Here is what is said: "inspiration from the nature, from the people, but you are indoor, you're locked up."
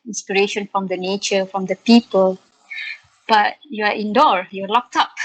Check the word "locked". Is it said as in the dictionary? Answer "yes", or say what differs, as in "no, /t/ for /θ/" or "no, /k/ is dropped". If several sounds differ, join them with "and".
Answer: yes